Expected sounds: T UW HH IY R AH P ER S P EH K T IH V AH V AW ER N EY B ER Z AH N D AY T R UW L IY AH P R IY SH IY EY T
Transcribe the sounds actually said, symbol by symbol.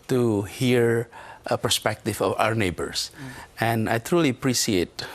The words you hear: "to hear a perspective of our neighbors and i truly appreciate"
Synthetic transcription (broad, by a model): T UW HH IY R AH P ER S P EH K T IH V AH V AW ER N EY B ER S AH N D AY T R UW L IY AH P R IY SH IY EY T